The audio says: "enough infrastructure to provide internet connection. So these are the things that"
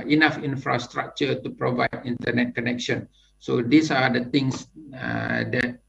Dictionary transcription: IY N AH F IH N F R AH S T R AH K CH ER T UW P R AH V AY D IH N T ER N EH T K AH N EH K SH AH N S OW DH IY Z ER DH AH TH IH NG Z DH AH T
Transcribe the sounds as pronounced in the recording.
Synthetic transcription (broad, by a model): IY N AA F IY N F R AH S T R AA K CH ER T UW P R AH V AY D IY N T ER N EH T K AH N EH K SH AH N S OW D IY S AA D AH T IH NG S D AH T